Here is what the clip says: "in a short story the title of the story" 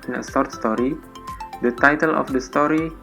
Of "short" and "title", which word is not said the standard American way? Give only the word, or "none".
short